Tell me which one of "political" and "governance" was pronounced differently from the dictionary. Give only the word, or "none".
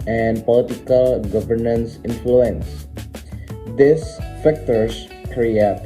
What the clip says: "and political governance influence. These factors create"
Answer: none